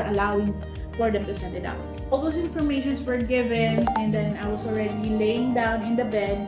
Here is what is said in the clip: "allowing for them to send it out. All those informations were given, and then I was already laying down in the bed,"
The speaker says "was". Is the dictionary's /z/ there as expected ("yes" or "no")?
no